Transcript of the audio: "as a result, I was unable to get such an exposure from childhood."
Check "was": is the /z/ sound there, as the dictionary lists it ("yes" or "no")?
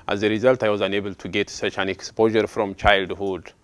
yes